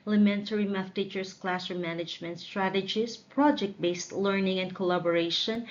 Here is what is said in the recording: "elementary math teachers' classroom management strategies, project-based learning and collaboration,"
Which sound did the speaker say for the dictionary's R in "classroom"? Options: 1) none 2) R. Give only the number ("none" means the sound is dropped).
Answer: 1